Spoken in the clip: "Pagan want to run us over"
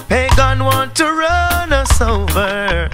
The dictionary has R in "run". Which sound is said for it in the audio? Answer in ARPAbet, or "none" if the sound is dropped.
R